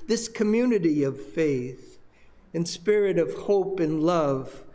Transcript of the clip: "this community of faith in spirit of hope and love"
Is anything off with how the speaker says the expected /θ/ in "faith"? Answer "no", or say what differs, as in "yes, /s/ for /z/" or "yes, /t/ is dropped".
no